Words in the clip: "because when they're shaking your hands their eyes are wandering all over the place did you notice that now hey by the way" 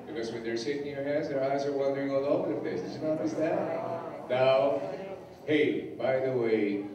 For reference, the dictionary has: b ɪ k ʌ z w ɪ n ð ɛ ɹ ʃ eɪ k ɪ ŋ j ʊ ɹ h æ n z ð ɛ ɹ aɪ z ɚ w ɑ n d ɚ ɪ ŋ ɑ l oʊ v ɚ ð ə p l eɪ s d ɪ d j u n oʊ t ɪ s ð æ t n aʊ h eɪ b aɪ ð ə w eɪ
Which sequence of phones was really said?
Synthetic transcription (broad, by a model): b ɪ k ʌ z w ɪ n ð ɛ ɹ s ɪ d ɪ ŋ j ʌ ɹ h æ n z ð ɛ ɹ aɪ z ɚ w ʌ n d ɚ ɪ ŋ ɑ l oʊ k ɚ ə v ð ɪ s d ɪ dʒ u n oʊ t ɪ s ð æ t n aʊ h eɪ b aɪ ð ə w eɪ